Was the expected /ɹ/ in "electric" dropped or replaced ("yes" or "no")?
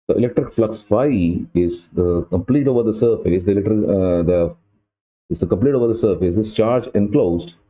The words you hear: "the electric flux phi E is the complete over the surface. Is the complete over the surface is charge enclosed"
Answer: no